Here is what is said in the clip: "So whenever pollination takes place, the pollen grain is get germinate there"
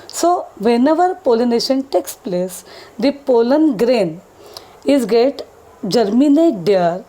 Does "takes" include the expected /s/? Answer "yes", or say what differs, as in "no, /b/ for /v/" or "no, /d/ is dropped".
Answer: yes